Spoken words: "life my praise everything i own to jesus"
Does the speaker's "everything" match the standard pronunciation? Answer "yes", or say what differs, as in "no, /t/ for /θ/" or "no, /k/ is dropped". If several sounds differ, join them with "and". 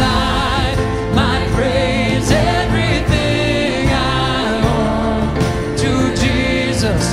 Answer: yes